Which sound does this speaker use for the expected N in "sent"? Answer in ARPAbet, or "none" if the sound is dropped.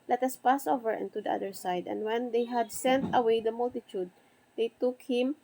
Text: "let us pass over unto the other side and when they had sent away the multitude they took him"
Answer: N